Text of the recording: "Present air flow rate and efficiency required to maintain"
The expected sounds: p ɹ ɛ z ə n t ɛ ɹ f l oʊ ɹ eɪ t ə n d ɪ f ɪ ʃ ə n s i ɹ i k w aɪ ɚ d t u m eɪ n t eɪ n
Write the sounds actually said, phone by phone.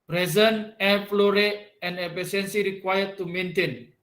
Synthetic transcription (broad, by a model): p ɹ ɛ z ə n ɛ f l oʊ ɹ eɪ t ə n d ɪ p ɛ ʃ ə n s i ɹ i k w aɪ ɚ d t u m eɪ n t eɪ n